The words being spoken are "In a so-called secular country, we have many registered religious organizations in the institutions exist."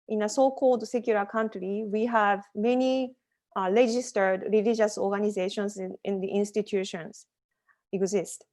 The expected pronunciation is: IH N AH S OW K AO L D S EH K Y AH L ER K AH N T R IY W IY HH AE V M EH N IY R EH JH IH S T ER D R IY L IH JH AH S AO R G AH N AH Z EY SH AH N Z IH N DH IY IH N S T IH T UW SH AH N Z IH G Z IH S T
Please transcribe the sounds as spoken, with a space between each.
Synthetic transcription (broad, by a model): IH N AH S OW K AO L D S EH K Y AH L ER K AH N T R IY W IY HH AE V M EH N IY R EH JH IH S T ER D R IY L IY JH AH S AO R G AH N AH Z EY SH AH N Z IH N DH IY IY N S T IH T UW SH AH N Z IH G Z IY S T